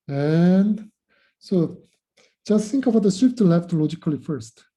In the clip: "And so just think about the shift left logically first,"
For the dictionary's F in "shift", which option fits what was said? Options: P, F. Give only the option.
P